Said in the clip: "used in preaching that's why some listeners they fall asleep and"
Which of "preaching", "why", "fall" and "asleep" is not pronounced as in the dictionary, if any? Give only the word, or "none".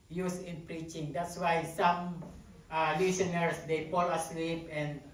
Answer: fall